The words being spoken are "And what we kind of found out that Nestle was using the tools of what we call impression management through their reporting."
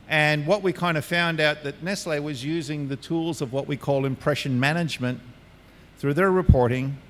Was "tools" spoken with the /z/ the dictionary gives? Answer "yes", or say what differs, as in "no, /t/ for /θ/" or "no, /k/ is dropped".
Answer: yes